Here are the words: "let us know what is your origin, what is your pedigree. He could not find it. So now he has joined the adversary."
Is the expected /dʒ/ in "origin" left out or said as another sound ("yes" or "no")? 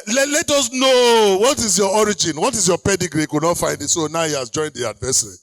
no